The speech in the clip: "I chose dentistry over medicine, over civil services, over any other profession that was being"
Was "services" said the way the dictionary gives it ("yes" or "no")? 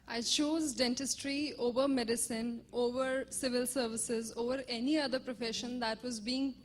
yes